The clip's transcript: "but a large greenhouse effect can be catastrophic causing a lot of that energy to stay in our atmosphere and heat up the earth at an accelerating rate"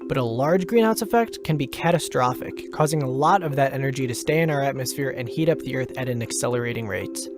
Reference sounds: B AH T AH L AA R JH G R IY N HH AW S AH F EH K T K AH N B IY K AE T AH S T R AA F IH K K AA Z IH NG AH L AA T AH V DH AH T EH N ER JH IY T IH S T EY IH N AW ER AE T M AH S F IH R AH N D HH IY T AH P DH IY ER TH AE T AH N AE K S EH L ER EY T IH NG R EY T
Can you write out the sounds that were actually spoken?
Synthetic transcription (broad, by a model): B AH T AH L AA R JH G R IY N AW S AH F EH K T K AH N B IY K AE T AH S T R AA F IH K K AA Z IH NG AH L AA T AH V DH AH T EH N ER JH IY T IH S T EY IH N AW ER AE T M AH S F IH R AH N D HH IY T AH P DH IY ER TH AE T AH N AE K S EH L ER EY T IH NG R EY T